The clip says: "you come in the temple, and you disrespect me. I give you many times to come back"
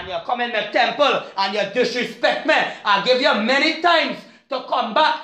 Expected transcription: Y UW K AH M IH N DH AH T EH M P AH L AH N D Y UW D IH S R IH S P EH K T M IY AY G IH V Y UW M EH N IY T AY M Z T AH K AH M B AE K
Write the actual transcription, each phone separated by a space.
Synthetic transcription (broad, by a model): Y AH K AH M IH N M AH T EH M P AH L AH N Y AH D IH S R IH S P EH K T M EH AY G IH V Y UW M EH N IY T AY M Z T AH K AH M B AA K